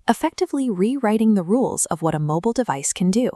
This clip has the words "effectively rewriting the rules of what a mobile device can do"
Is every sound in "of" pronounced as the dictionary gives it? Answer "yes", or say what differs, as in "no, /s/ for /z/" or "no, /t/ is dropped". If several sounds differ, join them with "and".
yes